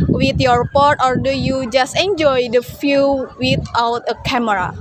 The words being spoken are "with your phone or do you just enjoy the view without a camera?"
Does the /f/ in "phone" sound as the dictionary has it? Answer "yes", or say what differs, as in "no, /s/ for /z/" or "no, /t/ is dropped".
no, /p/ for /f/